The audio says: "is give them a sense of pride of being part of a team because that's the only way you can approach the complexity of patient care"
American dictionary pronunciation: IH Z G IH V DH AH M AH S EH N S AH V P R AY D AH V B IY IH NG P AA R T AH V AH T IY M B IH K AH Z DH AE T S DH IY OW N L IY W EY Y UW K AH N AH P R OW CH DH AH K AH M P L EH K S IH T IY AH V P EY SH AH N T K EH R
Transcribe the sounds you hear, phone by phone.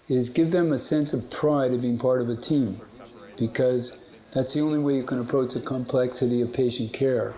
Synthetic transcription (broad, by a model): IH Z G IH V DH AH M AH S EH N S AH V P R AY D AH V B IY IH NG P AA R T AH V AH T IY M B IH K AH Z DH AE T S DH IY OW N L IY W EY Y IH K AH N AH P R OW CH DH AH K AH M P L EH K S IH T IY AH V P EY SH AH N K EH R